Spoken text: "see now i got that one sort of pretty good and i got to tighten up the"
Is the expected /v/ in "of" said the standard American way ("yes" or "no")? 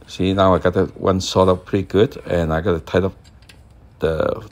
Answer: no